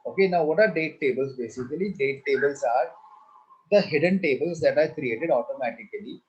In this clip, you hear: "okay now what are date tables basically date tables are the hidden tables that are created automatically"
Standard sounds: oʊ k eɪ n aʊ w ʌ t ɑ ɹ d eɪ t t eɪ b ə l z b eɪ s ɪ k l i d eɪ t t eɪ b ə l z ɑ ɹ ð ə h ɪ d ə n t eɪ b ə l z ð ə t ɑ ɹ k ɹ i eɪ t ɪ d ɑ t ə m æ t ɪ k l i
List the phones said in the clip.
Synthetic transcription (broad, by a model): oʊ k eɪ n aʊ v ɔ t ɑ ɹ d eɪ t t eɪ b ə l s b eɪ s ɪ k l i d eɪ t t eɪ b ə l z ɑ ɹ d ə h ɪ d ə n t eɪ b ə l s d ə t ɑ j k ɹ i eɪ t ɪ d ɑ t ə m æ t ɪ k l i